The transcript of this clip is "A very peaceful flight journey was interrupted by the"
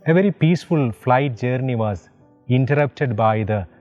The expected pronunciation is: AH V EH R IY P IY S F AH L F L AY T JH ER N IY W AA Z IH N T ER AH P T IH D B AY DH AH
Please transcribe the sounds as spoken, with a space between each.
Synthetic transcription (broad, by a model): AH V EH R IY P IY S F AH L F L AY T JH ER N IY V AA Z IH N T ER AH P T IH D B AY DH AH